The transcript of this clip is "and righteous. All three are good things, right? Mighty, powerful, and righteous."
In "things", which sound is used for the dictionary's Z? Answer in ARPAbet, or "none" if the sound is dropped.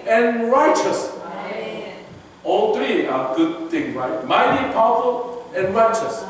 none